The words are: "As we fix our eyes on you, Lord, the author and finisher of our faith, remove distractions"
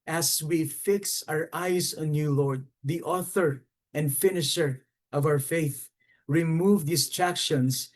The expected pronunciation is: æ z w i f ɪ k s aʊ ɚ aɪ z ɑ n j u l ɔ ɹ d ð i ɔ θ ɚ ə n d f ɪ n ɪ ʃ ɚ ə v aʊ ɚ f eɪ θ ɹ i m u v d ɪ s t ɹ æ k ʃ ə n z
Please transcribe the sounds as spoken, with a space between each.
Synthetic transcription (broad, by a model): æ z w i f ɪ k s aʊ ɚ aɪ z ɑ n j u l ɔ ɹ d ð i ɔ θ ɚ ə n d f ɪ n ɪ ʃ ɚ ə v aʊ ɚ f eɪ θ ɹ i m u v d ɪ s t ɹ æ k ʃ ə n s